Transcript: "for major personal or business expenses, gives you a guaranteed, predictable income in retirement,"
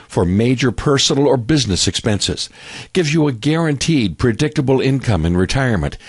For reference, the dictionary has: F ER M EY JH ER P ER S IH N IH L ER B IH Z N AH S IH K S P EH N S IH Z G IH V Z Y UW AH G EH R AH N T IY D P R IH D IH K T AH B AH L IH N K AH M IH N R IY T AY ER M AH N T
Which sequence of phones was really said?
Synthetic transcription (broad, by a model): F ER M EY JH ER P ER S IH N L ER B IH Z N AH S IH K S P EH N S IH Z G IH V Y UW AH G EH R AH N T IY D P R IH D IH K T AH B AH L IH N K AH M IH N R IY T AY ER M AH N T